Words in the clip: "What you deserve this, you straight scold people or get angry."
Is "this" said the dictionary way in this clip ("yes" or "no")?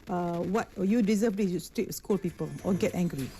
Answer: no